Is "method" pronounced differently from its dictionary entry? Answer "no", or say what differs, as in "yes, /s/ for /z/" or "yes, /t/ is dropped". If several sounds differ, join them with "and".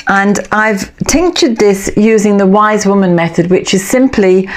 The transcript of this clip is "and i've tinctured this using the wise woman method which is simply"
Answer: no